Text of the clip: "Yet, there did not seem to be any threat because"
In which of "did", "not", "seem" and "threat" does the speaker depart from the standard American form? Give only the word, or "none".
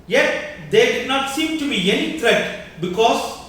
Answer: threat